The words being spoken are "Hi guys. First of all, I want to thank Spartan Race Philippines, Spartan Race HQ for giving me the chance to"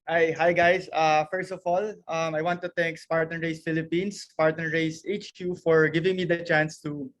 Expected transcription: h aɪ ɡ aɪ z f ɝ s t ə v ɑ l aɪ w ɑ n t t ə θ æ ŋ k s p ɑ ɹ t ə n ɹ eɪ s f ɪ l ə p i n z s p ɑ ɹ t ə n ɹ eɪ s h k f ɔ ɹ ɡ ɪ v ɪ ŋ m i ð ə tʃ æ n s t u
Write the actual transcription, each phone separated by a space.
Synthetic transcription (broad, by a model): h aɪ ɡ aɪ s f ɝ s t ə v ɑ l aɪ w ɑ n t t ə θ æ ŋ k s p ɑ ɹ t ə n ɹ eɪ s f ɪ l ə p i n s p ɑ ɹ t ə n ɹ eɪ s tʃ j f ɔ ɹ ɡ ɪ v ɪ ŋ m i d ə tʃ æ n s t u